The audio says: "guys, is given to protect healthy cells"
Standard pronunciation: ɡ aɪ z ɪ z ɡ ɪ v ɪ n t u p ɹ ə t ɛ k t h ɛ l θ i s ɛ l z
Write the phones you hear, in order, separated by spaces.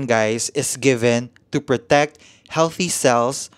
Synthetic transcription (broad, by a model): ɡ aɪ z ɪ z ɡ ɪ v ɪ n t u p ɹ ə t ɛ k t h ɛ l θ i s ɛ l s